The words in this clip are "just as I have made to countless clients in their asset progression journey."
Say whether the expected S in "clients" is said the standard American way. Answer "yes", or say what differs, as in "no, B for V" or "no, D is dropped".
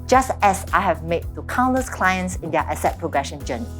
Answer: yes